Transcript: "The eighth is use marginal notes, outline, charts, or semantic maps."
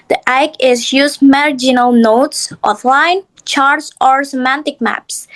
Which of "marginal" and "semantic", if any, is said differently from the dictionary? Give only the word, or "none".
none